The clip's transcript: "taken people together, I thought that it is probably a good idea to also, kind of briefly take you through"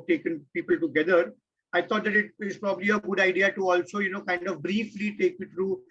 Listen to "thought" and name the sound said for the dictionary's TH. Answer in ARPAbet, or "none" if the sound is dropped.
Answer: T